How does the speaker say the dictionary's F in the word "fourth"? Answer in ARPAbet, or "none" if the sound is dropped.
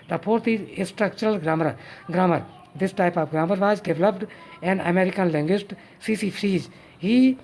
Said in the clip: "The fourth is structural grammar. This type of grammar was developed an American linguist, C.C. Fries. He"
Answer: P